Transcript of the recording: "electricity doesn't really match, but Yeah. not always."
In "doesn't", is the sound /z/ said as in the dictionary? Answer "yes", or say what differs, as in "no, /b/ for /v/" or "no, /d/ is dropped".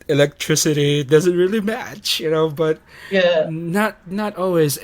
yes